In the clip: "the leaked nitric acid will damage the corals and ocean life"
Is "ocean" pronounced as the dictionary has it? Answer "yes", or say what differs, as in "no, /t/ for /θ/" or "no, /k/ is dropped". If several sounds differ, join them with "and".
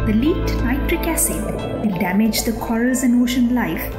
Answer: yes